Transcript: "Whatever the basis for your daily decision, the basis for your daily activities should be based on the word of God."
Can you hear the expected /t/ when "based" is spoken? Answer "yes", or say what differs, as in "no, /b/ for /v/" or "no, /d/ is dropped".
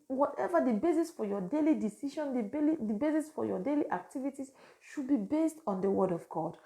yes